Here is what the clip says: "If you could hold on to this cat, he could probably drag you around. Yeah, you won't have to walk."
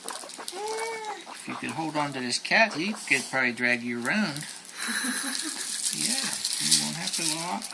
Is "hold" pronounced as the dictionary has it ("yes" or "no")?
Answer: yes